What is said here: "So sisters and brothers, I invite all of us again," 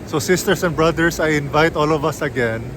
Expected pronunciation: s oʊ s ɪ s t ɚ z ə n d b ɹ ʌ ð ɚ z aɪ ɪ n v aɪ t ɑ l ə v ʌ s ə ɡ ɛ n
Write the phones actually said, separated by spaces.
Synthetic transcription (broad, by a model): s oʊ s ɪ s t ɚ s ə n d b ɹ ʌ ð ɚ s aɪ ɪ n v aɪ t ɑ l ə v ʌ s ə ɡ ɛ n